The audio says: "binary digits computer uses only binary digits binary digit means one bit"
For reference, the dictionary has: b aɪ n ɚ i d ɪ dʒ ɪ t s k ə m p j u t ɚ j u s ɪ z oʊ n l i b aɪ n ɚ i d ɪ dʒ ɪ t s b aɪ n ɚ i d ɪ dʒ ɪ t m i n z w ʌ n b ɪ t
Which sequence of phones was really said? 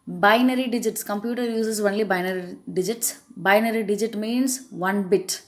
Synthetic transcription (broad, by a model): b aɪ n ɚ i d ɪ dʒ ɪ t s k ə m p j u t ɚ j u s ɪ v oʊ n l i b aɪ n ɚ i d ɪ dʒ ɪ t s b aɪ n ɚ i d ɪ dʒ ɪ t m i n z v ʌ n b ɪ t